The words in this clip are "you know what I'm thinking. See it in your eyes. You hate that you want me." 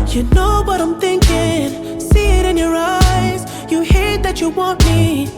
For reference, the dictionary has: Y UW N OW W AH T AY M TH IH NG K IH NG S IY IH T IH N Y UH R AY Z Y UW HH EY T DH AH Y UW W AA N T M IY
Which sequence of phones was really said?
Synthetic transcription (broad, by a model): Y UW N OW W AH T AY M TH IH NG K IH NG S IY IH T IH N Y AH R AY Z Y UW HH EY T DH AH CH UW W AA N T M IY